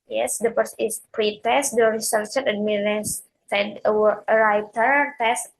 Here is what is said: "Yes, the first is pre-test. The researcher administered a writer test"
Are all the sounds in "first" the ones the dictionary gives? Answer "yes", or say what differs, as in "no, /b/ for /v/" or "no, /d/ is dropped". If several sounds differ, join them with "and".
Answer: no, /t/ is dropped